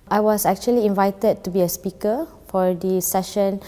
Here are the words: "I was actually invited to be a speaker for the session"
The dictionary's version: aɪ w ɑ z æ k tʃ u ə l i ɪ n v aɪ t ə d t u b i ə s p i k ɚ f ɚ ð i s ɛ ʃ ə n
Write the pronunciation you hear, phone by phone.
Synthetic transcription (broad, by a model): aɪ w ɑ s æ k tʃ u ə l i ɪ n v aɪ t ə d t u b i ə s p i k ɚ f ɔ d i s ɛ ʃ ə n